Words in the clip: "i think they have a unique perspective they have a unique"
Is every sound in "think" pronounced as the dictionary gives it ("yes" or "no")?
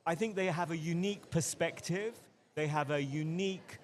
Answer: yes